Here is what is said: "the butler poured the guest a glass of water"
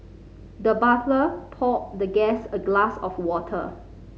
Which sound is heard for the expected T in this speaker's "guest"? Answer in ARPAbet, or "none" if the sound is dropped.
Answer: none